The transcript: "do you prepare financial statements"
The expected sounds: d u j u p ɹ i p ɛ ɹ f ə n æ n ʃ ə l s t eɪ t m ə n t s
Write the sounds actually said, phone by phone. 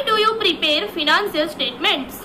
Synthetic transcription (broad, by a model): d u j u p ɹ i p ɛ ɹ f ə n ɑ n s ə l s t eɪ t m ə n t s